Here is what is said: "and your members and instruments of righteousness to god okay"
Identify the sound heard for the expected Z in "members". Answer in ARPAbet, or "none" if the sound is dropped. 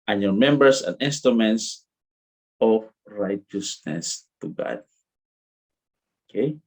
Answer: S